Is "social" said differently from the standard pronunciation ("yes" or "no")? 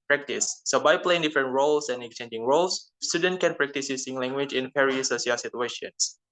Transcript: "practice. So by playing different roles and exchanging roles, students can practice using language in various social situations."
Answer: yes